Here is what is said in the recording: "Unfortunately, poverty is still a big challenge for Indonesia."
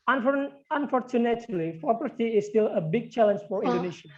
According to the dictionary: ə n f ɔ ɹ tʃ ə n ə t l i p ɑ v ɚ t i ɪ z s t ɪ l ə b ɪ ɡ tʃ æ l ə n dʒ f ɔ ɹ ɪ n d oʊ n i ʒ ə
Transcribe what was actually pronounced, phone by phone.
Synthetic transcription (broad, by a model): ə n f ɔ ɹ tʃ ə n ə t l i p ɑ p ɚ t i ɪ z s t ɪ l ə b ɪ ɡ tʃ æ l ə n dʒ f ɔ ɹ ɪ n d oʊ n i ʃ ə